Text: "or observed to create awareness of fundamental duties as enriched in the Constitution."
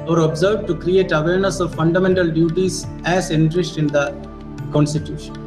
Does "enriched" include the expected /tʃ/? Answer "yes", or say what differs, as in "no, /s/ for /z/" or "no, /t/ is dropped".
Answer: no, /s/ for /tʃ/